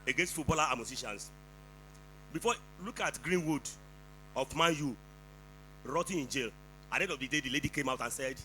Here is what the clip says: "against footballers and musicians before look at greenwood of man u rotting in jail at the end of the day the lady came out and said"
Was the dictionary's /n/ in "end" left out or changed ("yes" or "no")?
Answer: yes